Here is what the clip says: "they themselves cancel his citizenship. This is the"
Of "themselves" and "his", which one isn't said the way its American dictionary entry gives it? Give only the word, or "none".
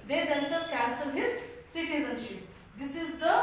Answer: themselves